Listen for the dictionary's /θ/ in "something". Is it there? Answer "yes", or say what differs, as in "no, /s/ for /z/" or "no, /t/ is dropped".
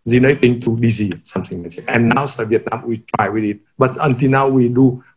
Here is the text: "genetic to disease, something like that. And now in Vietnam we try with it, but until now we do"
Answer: no, /s/ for /θ/